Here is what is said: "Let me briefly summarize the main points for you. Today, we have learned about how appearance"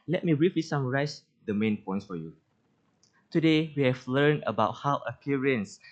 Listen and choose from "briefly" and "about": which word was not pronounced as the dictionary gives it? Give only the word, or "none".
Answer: briefly